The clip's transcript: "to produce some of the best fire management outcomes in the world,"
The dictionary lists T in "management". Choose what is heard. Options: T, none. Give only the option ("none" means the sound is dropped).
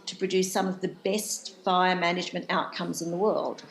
T